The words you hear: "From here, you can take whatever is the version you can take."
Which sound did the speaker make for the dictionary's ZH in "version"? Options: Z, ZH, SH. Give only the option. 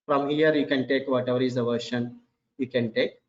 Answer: SH